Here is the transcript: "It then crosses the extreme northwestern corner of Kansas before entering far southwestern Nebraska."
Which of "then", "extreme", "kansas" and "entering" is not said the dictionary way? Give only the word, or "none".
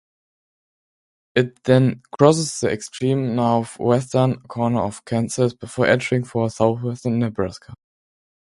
kansas